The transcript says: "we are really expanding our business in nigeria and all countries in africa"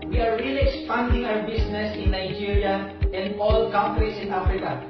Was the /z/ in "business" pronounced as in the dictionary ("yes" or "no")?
no